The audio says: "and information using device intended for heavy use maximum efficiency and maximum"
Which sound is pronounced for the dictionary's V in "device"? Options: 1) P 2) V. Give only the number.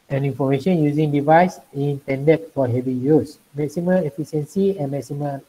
2